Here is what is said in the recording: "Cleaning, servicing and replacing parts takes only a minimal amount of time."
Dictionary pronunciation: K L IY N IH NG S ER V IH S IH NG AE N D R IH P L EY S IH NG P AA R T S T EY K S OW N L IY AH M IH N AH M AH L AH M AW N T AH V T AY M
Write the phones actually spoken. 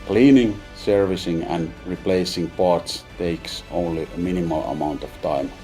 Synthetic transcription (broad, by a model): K L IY N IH NG S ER V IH S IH NG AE N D R IH P L EY S IH NG P AA R T S T EY K S OW N L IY AH M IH N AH M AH L AH M AW N T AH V T AY M